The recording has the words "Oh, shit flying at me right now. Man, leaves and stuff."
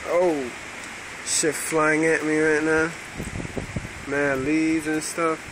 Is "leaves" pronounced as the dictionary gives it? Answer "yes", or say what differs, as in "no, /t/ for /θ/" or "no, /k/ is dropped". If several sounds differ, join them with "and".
no, /v/ is dropped